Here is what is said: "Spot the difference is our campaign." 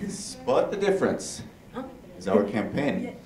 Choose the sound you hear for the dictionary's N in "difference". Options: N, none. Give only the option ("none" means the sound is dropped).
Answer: N